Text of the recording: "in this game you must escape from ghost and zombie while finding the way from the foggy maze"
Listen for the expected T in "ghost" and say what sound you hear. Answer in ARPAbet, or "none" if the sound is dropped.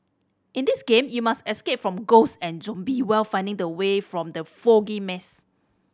none